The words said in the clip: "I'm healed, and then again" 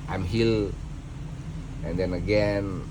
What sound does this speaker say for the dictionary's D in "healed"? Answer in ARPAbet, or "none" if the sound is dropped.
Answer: none